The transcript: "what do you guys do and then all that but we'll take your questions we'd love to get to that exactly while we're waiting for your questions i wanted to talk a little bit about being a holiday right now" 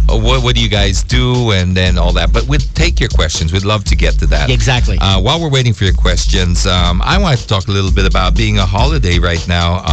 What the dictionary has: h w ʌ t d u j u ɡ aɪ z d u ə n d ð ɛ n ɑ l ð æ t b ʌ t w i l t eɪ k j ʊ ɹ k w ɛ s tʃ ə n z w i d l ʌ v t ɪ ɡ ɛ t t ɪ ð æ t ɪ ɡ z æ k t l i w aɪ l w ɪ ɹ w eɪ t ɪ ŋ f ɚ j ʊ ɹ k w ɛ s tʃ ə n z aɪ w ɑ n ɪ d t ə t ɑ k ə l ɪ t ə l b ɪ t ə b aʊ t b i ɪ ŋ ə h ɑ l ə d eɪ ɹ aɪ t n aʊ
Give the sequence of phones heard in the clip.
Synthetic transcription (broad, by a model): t w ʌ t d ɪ j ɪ ɡ aɪ z d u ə n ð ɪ n ɑ l ð æ t b ʌ t w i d t eɪ k j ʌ ɹ k w ɛ s tʃ ə n z w i d l ʌ v t ɪ ɡ ɛ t t ɪ ð æ t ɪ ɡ z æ k t l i w aɪ l w ɪ ɹ w eɪ t ɪ ŋ f ɚ j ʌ ɹ k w ɛ s tʃ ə n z aɪ w ɑ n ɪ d t ə t ɑ k ə l ɪ t l b ɪ t ə b aʊ t b i ɪ ŋ ə h ɑ l ə d eɪ ɹ aɪ t n aʊ